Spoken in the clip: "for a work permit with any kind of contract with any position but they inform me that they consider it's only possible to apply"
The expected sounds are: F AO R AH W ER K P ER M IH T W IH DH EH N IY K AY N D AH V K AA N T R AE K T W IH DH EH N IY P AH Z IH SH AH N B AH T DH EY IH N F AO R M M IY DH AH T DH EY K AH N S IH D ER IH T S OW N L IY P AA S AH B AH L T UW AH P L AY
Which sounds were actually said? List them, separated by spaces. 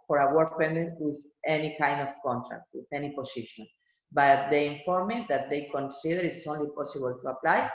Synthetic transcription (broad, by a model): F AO R AH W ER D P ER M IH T W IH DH EH N IY K AY N D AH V K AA N T R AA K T W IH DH EH N IY P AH S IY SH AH N B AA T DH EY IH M F AO R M M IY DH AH T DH EY K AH N S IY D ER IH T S OW N L IY P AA S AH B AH L T UW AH P L AY